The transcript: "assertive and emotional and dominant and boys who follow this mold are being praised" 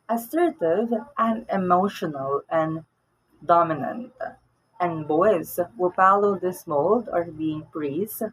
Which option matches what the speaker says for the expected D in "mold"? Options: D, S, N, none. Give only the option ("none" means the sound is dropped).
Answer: D